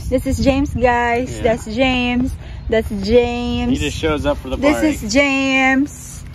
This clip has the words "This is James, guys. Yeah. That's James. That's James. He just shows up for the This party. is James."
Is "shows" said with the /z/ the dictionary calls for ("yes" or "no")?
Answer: yes